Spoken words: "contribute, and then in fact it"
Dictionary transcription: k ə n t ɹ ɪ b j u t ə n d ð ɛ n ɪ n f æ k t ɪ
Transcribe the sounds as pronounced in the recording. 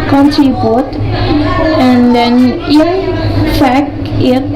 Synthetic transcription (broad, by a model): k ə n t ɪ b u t ə n d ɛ n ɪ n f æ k ɪ